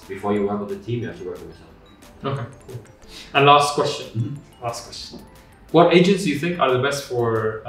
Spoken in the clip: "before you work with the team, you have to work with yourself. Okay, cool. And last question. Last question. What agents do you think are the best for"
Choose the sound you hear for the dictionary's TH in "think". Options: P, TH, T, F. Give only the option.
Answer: TH